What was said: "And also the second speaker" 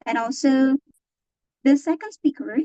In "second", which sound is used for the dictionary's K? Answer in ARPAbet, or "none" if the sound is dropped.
none